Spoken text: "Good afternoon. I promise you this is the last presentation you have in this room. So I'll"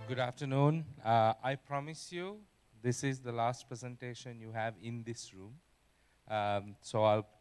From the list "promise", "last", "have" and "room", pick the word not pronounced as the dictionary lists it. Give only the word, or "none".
none